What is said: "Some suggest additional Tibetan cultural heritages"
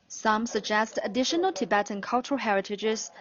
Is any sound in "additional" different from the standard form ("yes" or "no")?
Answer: no